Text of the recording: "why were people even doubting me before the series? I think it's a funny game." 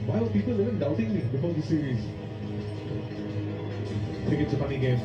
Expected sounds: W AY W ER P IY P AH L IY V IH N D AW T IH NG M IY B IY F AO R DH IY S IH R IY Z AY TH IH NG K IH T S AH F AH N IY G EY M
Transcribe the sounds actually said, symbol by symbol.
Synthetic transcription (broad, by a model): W AY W P IY P AH L IY V IH N D AW T IH NG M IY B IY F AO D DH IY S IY R IY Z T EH K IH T AH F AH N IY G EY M